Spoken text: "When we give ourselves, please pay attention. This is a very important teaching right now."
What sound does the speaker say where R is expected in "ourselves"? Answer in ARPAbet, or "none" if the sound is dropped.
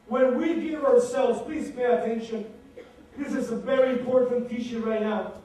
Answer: R